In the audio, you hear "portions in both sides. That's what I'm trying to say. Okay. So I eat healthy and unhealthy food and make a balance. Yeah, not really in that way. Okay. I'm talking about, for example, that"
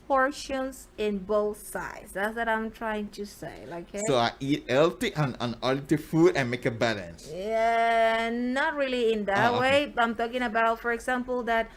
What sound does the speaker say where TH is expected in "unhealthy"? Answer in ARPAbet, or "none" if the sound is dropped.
T